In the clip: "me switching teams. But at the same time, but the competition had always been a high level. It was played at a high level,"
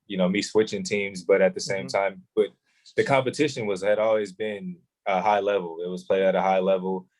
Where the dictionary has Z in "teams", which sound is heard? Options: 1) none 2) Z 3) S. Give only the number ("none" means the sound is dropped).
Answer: 2